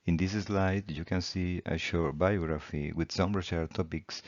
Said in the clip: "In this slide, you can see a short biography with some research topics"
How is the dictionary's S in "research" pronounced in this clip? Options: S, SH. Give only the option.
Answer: SH